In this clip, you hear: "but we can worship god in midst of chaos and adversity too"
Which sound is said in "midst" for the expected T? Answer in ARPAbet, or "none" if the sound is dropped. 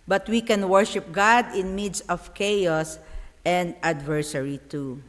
none